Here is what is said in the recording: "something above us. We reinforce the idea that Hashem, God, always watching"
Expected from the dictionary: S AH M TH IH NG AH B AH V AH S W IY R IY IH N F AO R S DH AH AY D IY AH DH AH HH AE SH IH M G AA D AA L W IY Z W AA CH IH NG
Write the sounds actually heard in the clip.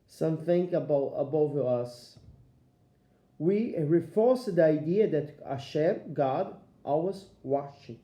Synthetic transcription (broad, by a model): S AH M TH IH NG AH B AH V AH S W IY R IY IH F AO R S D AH AY D IY AH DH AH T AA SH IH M G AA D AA W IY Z W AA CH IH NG